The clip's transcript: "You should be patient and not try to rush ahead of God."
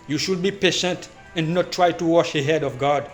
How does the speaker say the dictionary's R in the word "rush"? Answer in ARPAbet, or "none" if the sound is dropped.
W